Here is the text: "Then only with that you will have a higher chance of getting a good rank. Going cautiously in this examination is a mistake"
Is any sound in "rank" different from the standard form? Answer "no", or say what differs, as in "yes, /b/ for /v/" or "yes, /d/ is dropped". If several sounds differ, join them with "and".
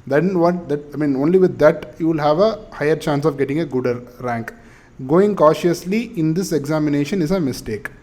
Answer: no